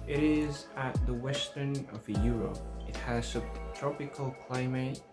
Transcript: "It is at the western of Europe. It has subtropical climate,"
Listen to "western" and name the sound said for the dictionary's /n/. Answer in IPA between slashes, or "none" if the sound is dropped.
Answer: /n/